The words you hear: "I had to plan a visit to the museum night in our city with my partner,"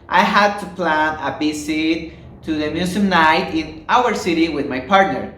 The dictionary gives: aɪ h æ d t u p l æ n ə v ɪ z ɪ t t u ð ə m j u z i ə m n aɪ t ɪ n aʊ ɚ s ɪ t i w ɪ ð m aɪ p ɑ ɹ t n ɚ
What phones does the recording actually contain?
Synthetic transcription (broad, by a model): aɪ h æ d t u p l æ n ə b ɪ s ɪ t t u ð ə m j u s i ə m n aɪ t ɪ n aʊ ɚ s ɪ t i w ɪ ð m aɪ p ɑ ɹ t n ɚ